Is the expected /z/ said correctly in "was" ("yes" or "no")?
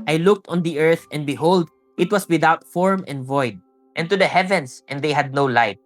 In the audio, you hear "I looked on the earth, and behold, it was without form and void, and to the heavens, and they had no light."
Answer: no